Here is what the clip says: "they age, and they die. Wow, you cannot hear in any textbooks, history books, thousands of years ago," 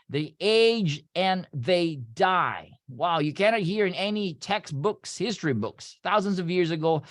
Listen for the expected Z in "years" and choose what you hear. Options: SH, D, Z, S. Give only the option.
Z